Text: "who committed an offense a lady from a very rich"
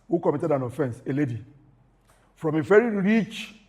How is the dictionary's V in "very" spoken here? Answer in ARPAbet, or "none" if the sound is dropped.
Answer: F